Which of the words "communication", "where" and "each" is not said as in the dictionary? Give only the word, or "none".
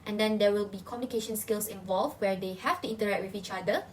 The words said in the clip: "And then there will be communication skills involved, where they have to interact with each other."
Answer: none